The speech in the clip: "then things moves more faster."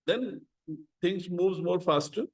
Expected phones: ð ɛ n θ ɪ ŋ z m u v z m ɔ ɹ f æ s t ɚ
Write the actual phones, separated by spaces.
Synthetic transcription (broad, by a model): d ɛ n t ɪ ŋ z m u v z m ɔ ɹ f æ s t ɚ